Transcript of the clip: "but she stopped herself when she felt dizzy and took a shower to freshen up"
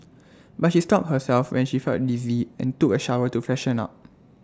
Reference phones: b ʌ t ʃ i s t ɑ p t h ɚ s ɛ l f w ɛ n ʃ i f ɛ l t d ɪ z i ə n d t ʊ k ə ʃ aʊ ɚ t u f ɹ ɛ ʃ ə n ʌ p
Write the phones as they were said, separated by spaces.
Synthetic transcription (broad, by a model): b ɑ t ʃ i s t ɑ p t h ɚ s ɛ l f w ɛ n ʃ i f ɛ l t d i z i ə n t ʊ k ə ʃ aʊ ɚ t u f ɛ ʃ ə n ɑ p